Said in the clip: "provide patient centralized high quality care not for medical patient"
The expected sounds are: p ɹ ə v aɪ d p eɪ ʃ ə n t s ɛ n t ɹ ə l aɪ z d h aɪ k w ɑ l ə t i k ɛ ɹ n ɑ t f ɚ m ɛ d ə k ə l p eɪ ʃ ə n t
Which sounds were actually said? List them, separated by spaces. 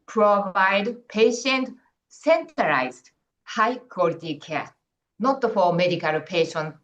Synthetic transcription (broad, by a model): p ɹ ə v aɪ d p eɪ ʃ ə n t s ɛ n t ə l aɪ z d h aɪ k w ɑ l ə t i k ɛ n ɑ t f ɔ m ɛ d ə k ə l p eɪ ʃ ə n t